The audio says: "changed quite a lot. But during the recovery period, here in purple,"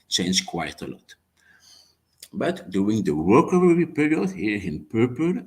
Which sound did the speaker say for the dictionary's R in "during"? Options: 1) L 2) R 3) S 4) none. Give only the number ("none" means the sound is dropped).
4